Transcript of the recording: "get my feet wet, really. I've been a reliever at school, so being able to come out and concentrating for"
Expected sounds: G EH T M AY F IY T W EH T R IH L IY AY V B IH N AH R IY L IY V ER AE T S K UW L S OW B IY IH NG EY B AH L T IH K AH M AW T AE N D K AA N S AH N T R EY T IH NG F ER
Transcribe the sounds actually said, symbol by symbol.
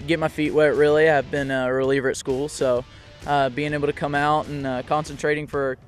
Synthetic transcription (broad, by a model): G EH T M AY F IY T W EH T R IH L IY AY V B IH N AH R IY L IY V ER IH T S K UW L S OW B IY IH NG EY AH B T IH K AH M AW T N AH K AA N S AH N T R EY T IH NG F ER